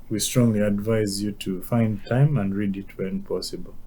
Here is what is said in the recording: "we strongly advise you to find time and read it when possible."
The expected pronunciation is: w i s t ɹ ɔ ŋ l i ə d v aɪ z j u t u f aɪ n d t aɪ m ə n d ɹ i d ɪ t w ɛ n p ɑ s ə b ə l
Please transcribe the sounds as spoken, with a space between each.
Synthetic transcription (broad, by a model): w i s t ɹ ɔ ŋ l i ə d v aɪ z j u t u f aɪ n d t aɪ m ə n d ɹ i d ɪ t w ɛ n p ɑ s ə b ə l